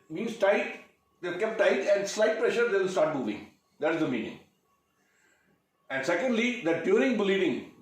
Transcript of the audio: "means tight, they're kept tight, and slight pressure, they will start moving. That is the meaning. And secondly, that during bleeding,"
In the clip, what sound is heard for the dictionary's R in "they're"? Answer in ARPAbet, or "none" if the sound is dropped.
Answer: L